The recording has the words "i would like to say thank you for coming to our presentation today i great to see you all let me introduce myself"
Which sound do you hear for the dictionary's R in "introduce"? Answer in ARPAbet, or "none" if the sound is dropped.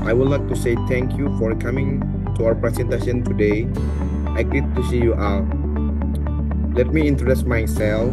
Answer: none